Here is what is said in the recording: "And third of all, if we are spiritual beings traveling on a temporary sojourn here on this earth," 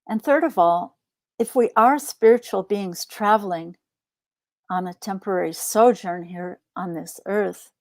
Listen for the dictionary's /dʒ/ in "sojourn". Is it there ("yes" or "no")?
yes